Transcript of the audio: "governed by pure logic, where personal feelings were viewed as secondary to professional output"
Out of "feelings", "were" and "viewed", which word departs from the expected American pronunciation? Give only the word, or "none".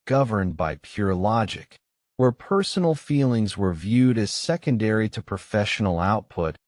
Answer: none